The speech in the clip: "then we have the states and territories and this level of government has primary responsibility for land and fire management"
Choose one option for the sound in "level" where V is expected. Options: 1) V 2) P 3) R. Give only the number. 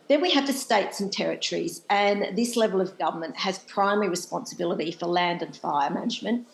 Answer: 1